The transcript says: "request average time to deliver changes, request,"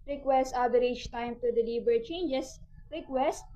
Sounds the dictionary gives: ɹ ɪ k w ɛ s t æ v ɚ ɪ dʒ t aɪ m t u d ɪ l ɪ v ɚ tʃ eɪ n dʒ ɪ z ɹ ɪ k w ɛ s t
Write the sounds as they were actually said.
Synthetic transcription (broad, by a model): ɹ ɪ k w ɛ s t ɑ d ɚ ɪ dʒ t aɪ m t u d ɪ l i b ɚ tʃ eɪ n dʒ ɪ s ɹ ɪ k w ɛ s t